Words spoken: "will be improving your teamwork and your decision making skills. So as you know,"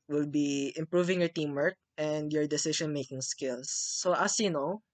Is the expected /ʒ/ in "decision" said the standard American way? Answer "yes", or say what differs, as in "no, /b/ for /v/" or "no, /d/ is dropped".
no, /ʃ/ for /ʒ/